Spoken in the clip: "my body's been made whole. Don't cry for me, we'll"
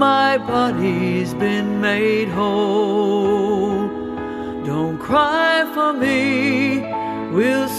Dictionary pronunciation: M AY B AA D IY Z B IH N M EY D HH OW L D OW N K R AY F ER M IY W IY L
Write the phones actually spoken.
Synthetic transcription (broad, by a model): M AY B AA D IY Z B IH N M EY D HH OW L D OW N K R AY F ER M IY W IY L